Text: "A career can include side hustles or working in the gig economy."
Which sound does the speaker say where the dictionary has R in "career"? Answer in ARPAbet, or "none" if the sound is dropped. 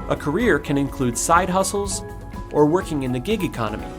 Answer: R